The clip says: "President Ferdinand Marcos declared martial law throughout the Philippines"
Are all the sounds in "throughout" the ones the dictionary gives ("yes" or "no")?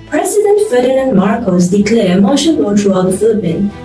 no